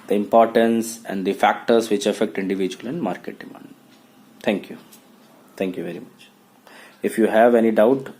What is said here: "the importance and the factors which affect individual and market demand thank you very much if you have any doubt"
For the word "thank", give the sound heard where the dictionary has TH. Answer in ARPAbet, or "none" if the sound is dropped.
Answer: T